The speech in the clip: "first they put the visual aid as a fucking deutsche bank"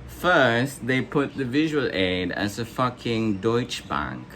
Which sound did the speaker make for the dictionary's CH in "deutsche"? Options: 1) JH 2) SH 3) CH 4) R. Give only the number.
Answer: 3